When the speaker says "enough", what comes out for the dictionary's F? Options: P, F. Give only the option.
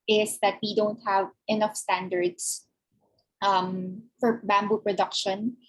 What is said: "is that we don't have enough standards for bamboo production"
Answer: F